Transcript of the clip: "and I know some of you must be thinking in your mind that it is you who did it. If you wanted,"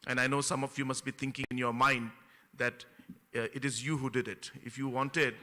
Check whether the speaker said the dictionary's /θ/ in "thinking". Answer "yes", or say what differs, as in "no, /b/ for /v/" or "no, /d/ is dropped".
no, /t/ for /θ/